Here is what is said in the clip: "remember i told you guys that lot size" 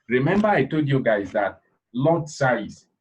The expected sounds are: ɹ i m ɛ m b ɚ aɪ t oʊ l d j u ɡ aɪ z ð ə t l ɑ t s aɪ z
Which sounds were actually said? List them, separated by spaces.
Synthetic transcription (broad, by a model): ɹ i m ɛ m b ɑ aɪ t oʊ l d j u ɡ aɪ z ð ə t l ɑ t s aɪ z